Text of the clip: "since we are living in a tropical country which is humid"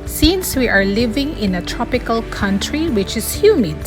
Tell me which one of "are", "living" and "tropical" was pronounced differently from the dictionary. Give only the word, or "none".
none